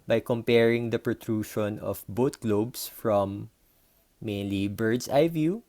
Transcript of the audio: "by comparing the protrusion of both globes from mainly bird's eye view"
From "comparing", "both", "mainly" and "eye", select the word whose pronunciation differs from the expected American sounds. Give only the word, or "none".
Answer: both